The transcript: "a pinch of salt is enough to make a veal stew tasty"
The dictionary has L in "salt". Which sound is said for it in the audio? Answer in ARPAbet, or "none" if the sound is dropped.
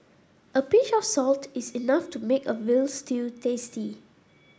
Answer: L